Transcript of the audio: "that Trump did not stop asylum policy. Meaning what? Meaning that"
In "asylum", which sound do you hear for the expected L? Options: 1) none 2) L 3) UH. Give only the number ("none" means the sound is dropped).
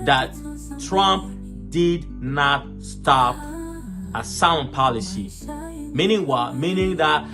1